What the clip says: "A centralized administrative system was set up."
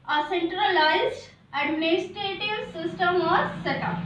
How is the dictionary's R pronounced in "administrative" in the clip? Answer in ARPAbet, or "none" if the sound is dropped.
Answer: none